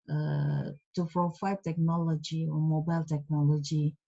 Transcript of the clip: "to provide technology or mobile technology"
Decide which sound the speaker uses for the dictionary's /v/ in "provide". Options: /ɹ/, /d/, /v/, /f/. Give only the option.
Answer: /f/